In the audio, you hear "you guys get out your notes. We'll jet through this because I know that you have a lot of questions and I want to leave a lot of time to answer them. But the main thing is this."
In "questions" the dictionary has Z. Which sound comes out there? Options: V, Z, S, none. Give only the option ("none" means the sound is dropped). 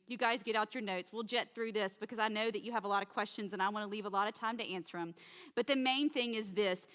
Z